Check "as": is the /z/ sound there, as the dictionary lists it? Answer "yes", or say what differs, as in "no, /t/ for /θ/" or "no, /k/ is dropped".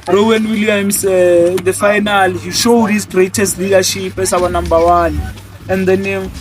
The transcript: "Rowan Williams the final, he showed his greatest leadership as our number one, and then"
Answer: no, /s/ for /z/